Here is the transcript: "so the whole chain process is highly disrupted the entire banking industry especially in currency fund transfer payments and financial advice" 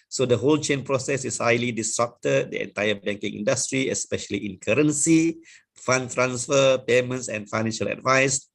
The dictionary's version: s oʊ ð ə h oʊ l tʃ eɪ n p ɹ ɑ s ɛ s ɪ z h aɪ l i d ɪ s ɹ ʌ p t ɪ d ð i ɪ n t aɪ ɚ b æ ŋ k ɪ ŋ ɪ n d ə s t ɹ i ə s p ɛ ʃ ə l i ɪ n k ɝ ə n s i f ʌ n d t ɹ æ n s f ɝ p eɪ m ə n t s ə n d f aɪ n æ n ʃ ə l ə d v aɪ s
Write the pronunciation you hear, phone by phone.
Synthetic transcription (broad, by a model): s oʊ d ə h oʊ l tʃ eɪ n p ɹ ɑ s ɛ s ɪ s h aɪ l i d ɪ s ɹ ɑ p t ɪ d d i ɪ n t aɪ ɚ b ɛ ŋ k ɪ ŋ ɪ n d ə s t ɹ i ə s p ɛ ʃ ə l i ɪ n k ɝ ə n s i f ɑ n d t ɹ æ n s f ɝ p eɪ m ə n t s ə n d f aɪ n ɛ n ʃ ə l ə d v aɪ s